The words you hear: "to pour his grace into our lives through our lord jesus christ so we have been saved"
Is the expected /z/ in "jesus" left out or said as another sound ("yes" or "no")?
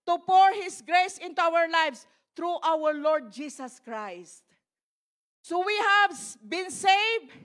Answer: yes